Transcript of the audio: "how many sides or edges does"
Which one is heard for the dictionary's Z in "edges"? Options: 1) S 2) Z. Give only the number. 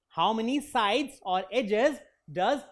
2